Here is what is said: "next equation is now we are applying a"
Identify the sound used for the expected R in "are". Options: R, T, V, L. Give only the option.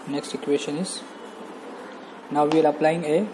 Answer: L